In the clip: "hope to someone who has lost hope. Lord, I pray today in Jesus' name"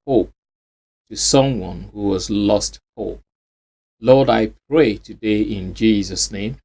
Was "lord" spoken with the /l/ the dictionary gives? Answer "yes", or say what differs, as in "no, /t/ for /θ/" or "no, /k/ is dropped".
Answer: yes